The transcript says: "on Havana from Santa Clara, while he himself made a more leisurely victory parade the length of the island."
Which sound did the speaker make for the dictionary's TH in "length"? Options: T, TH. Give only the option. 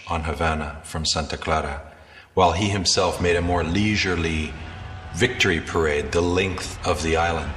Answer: TH